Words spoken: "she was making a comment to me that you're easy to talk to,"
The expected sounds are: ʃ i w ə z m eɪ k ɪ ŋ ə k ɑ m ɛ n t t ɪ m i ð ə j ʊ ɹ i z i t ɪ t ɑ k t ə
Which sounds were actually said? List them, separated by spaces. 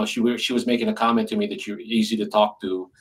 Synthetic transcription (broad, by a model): ʃ i w ə z m eɪ k ɪ ŋ ə k ɑ m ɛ n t t ɪ m i ð ə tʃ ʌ ɹ i z i t ɪ t ɑ k t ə